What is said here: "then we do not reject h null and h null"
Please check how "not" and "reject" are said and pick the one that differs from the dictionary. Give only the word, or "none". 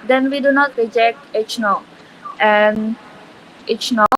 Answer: none